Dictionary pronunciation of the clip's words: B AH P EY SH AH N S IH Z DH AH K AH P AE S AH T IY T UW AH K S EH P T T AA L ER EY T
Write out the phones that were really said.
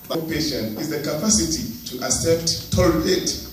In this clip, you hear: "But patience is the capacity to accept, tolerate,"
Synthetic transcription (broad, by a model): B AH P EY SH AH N IH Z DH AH K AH P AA S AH T IY T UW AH S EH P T T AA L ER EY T